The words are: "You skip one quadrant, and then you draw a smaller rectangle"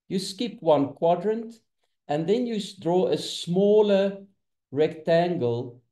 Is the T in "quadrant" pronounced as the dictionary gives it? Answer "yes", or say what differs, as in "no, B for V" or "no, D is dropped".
yes